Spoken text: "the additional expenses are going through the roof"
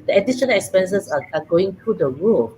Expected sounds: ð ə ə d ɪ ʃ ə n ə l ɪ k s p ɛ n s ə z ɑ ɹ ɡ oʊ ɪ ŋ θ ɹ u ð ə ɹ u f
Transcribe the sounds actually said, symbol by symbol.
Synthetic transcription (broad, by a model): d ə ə d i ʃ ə n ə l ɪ k s p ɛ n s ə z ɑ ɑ ɡ oʊ ɪ ŋ t ɹ u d ə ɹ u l